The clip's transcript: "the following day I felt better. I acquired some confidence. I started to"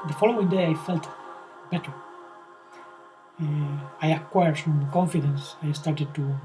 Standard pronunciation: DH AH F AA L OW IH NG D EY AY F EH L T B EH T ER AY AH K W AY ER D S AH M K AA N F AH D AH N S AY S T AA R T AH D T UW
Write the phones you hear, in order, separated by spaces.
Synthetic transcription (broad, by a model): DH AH F AA L OW IH NG D EY AY F EH L T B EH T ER AY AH K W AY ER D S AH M K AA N F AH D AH N S AY S T AA R T AH D T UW